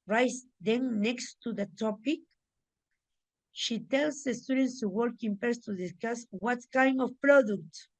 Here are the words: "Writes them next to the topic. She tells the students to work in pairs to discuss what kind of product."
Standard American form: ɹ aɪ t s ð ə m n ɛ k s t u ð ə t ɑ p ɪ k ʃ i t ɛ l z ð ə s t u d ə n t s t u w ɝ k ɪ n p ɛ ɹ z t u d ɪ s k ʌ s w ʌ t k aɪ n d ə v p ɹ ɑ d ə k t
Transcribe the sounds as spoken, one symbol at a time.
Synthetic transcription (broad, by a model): ɹ aɪ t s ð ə n ɛ k s t u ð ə t ɑ p ɪ k ʃ i t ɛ l s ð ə s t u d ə n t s t u w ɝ k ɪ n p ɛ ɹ s t u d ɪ s k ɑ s w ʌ t k aɪ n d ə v p ɹ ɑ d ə k t